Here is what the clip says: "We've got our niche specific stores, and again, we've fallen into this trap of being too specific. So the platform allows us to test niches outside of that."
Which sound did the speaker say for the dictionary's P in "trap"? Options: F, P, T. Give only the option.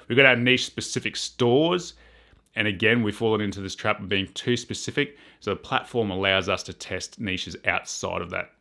P